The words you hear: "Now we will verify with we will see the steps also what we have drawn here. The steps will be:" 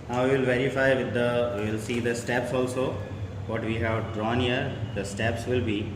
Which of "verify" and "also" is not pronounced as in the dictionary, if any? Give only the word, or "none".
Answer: none